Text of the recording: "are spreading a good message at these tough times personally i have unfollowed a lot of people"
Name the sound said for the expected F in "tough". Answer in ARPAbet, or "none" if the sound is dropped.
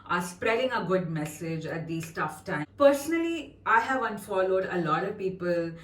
F